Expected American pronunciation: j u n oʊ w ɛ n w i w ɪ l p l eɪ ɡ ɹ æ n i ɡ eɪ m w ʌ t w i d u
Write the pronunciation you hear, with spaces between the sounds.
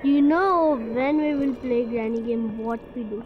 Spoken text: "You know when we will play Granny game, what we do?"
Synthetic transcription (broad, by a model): j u n oʊ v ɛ n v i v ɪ l p l eɪ ɡ ɹ æ n i ɡ eɪ m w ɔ t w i d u